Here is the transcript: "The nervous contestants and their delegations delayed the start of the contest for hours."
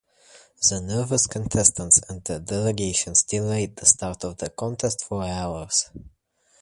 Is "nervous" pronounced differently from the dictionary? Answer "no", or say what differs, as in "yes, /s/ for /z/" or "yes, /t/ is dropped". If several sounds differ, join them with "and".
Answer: no